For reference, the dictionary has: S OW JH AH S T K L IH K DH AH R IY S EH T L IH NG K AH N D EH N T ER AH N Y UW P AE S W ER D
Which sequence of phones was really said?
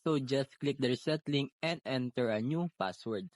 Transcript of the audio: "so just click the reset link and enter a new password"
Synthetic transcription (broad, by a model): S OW JH AH S T K L IH K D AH R S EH T L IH NG AH N D EH N T ER AH N Y UW P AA S W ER D